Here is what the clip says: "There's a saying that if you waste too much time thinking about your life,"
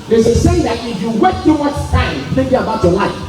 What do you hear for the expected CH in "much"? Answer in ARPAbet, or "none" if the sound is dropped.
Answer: S